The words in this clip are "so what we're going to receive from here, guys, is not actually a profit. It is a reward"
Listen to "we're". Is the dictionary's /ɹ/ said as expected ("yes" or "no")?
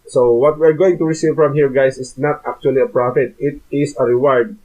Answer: yes